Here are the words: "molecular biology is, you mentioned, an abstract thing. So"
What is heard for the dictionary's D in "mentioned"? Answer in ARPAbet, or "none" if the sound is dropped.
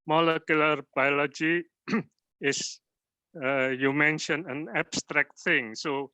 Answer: none